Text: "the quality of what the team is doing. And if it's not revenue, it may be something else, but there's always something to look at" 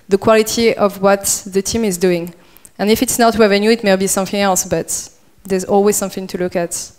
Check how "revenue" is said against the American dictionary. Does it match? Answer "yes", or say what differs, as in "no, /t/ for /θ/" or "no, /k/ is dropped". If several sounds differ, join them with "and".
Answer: no, /w/ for /ɹ/